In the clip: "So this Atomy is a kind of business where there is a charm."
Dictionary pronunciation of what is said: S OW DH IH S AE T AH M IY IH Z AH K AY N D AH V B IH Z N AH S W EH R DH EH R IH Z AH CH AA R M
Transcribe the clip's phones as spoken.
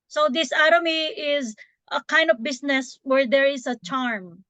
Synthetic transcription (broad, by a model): S OW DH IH S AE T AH M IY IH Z AH K AY N D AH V B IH S N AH S W EH R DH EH R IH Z AH CH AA R M